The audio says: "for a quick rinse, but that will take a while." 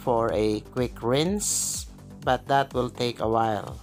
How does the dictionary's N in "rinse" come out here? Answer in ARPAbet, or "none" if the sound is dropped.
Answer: N